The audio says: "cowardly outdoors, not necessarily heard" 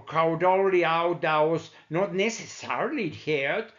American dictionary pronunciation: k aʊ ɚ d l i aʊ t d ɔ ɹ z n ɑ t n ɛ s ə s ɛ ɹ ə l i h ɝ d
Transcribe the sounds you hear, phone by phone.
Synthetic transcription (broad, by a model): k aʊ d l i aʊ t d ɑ w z n ɑ t n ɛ s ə s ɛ ɹ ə l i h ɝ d